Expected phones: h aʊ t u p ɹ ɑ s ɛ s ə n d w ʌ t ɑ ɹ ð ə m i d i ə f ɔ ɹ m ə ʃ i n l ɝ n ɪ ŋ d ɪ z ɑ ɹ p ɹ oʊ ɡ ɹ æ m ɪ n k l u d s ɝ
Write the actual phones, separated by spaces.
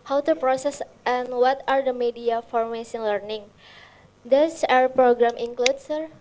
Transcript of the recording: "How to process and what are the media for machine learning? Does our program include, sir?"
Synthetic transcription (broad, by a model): h aʊ t u p ɹ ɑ s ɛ s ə n w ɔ t ɑ ɹ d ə m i d i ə f ɔ ɹ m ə s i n l ɝ n ɪ ŋ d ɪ s ɑ ɹ p ɹ oʊ ɡ ɹ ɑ m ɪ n k l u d s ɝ